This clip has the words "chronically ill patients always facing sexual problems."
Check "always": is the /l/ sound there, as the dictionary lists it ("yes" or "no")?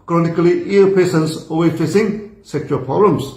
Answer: no